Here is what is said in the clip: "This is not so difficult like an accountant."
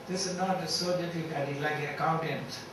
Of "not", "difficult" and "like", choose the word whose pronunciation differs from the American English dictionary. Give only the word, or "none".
difficult